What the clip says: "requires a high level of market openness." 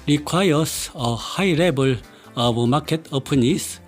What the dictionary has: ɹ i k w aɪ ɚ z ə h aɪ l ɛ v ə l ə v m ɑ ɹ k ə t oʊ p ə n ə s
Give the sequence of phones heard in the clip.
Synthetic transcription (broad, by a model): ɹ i k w aɪ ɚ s ə h aɪ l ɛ b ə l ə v m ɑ k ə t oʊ p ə n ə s